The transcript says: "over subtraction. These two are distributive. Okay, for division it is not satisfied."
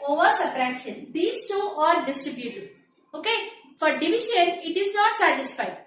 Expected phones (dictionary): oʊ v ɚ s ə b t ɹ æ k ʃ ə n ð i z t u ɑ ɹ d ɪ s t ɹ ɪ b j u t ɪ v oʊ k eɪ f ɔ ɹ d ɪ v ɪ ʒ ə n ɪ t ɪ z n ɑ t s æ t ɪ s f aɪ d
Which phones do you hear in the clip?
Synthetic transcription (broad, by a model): oʊ v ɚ s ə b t ɹ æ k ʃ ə n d i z t u ɑ ɹ d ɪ s t ɹ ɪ b j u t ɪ oʊ k eɪ f ɔ ɹ d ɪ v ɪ ʃ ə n ɪ t ɪ z n ɑ t s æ t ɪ s f aɪ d